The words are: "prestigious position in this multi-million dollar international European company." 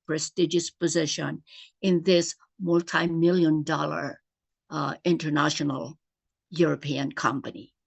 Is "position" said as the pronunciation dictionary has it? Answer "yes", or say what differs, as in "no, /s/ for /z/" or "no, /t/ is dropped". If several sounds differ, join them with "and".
yes